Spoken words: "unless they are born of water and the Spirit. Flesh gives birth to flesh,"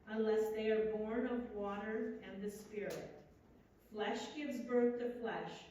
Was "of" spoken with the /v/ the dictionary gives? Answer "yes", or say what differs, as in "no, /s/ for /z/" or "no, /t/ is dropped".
yes